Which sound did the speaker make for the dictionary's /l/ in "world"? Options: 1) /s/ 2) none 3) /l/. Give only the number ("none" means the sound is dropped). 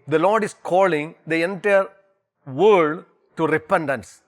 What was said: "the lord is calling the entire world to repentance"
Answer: 2